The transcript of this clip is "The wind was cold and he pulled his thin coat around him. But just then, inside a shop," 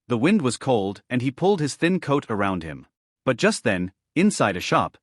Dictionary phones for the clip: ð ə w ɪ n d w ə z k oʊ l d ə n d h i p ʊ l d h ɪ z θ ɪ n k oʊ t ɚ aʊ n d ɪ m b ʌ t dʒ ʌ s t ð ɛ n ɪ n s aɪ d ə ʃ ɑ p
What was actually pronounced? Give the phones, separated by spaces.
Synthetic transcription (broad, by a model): ð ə w ɪ n d w ə z k oʊ l d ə n i p ʊ l d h ɪ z θ ɪ n k oʊ t ɚ aʊ n d ɪ m b ʌ t dʒ ʌ s t ð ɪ n ɪ n s aɪ d ə ʃ ɑ p